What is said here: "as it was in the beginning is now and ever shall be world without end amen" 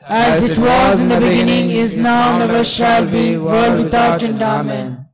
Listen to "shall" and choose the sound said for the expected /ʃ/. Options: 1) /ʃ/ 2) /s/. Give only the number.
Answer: 1